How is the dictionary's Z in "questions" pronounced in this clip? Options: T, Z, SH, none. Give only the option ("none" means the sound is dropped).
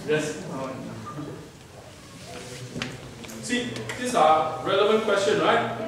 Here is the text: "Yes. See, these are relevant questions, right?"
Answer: none